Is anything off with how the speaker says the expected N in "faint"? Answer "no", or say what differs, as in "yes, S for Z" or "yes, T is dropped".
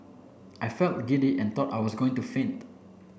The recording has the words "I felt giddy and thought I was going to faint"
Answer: no